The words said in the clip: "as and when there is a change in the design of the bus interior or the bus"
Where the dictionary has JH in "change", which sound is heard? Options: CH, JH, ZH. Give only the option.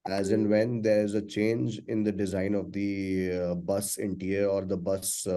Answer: JH